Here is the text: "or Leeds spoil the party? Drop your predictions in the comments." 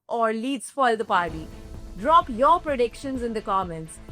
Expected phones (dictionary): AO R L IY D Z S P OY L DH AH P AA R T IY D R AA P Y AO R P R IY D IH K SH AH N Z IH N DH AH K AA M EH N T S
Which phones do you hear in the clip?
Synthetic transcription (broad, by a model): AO R L IY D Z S F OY L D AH P AA R T IY D R AA P Y AO R P R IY D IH K SH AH N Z IH N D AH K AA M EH N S